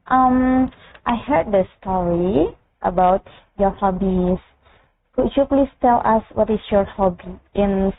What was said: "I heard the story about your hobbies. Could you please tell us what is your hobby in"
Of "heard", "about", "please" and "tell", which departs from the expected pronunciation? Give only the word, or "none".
please